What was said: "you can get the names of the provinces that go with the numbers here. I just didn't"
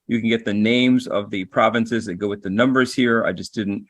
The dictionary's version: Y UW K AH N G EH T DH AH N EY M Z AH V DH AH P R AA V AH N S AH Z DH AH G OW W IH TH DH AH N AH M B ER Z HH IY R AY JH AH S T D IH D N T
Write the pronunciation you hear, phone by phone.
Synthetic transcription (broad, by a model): Y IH K AH N G EH T DH AH N EY M Z AH V DH AH P R AA V AH N S AH Z DH AH G OW W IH DH AH N AH M B ER Z HH IY R AY JH AH S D IH D N T